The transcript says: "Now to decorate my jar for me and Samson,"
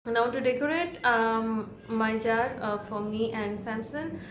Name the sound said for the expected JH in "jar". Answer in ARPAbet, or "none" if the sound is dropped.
JH